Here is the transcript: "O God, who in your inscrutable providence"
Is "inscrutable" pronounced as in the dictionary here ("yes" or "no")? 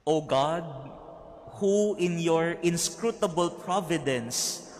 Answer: yes